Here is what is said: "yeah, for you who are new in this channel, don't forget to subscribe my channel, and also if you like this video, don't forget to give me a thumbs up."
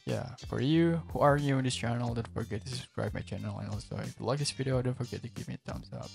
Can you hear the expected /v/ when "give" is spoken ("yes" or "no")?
no